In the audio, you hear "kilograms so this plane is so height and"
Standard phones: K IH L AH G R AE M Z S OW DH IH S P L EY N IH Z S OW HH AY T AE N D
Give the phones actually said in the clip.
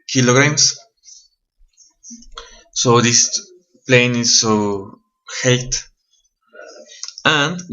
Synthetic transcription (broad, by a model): K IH L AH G R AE M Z S OW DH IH S P L EY N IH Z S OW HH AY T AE N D